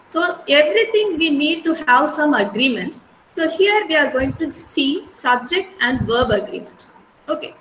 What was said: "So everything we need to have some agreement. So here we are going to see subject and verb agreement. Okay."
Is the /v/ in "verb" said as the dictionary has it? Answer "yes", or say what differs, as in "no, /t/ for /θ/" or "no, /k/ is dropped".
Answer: yes